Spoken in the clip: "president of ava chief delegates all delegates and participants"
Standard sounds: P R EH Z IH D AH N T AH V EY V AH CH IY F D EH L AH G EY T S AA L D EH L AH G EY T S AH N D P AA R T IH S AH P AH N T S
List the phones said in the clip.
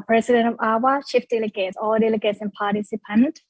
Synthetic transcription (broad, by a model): P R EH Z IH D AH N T AH V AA W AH SH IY F D EH L AH G EY T S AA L D EH L AH G EY T S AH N P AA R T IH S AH P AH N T